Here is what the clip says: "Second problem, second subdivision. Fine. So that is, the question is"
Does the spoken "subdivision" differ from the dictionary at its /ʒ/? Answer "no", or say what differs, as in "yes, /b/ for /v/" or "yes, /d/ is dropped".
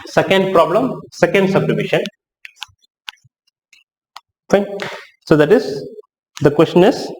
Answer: yes, /ʃ/ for /ʒ/